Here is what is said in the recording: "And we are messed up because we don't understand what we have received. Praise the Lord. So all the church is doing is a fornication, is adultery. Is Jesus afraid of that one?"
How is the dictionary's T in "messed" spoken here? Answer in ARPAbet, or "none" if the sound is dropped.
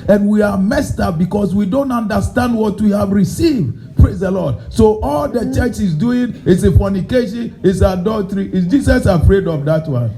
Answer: T